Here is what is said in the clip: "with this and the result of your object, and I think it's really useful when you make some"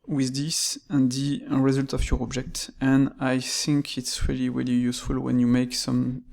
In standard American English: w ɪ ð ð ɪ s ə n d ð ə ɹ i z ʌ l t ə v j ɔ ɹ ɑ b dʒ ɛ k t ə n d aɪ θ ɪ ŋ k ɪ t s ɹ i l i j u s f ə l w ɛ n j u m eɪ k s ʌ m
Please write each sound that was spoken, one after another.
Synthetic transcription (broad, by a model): w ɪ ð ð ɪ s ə n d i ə ɹ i z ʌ l t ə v j ɔ ɹ ɑ b dʒ ɛ k t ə n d aɪ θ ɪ ŋ k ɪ t s ɹ i l i j u s f ə l w ɛ n j u m eɪ k s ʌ m